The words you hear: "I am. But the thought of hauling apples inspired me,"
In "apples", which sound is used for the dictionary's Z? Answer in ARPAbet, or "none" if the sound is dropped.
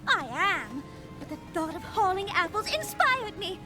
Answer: Z